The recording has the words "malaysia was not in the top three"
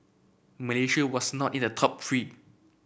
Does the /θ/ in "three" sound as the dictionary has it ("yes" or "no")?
no